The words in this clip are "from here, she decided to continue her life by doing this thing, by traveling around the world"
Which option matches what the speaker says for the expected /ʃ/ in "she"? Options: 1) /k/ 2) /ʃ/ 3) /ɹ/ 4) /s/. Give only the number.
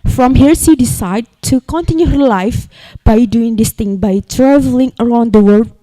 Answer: 4